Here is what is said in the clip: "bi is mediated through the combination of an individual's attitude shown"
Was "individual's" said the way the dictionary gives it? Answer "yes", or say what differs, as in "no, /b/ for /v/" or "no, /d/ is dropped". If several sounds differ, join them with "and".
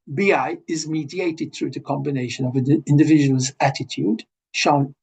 yes